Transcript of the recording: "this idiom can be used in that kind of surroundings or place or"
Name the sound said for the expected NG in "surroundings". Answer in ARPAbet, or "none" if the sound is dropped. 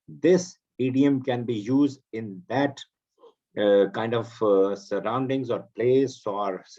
NG